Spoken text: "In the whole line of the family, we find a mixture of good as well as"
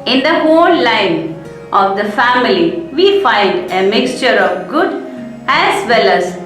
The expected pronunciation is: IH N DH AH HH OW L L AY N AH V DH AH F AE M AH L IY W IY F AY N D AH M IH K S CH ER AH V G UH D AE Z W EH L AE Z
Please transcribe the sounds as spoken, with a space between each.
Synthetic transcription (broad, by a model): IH N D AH HH OW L L AY N AH V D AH F AE M AH L IY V IY F AY N D AH M IH K S CH ER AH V G UH D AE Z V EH L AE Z